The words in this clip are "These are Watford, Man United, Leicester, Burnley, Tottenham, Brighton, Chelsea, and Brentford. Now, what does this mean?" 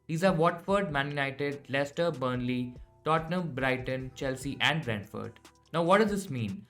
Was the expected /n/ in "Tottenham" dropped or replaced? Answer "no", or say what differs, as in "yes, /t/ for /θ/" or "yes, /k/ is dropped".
no